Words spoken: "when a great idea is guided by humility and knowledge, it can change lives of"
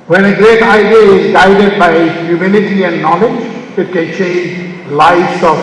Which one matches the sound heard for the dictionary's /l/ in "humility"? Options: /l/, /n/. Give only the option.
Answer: /n/